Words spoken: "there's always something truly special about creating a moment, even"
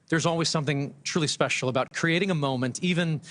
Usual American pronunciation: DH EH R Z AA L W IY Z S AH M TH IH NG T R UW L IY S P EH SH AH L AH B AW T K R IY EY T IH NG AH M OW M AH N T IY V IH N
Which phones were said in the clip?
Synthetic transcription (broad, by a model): DH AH R Z AA L W IY Z S AH M TH IH NG T R UW L IY S P EH SH L AH B AW T K R IY EY T IH NG AH M OW M AH N T IY V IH N